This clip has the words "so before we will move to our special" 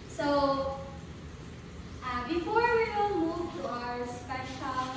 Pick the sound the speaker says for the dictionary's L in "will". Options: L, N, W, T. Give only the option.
N